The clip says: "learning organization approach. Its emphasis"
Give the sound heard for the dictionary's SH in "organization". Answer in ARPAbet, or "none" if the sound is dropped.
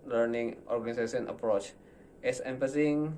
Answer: S